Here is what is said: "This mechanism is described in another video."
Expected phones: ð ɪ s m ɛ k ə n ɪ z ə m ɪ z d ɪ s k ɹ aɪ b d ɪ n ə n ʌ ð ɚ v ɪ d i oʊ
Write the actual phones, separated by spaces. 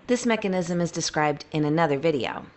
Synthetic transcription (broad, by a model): ð ɪ s m ɛ k ə n ɪ z ə m ɪ z d ɪ s k ɹ aɪ b d ɪ n ə n ʌ ð ɚ v ɪ d i oʊ